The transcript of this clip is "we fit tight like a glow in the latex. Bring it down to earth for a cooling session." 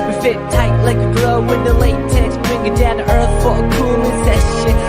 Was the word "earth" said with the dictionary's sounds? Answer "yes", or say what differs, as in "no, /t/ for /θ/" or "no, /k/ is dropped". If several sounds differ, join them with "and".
yes